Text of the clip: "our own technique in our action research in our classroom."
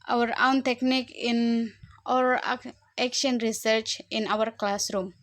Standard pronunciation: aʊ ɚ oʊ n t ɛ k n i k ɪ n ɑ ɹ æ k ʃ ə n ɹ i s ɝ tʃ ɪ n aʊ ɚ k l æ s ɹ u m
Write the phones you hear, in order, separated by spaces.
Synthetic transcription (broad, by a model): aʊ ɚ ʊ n t ɛ k n i k ɪ n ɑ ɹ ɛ k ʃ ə n ɹ i s ɝ tʃ ɪ n aʊ ɚ k l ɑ s ɹ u m